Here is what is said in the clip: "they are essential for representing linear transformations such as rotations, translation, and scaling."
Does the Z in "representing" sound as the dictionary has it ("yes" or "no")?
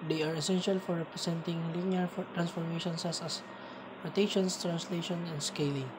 no